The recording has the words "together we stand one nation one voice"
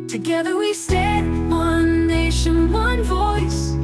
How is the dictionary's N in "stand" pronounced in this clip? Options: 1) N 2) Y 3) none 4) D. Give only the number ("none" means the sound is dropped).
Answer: 3